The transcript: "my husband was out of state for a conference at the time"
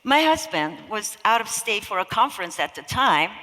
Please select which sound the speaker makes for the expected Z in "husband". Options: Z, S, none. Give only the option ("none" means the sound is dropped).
Z